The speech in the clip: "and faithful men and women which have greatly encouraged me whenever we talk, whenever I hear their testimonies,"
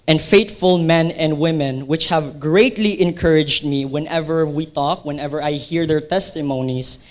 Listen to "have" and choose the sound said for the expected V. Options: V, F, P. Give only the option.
V